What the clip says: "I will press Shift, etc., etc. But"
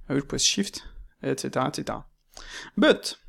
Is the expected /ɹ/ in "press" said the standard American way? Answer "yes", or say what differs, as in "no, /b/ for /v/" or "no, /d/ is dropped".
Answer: no, /w/ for /ɹ/